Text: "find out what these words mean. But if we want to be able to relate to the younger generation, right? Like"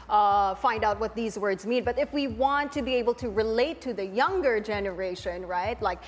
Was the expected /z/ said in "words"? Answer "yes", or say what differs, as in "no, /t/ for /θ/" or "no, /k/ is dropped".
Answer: yes